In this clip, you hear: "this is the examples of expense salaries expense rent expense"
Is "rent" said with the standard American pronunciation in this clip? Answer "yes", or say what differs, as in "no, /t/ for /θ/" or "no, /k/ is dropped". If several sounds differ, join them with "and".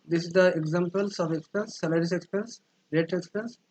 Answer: no, /n/ is dropped